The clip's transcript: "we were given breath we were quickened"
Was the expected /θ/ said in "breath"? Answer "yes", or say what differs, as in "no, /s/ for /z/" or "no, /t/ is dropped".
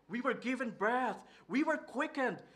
yes